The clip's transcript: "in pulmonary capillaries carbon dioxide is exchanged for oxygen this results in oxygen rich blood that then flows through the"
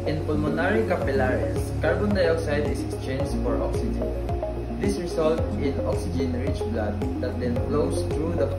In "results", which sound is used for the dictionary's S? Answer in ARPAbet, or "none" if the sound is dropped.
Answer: none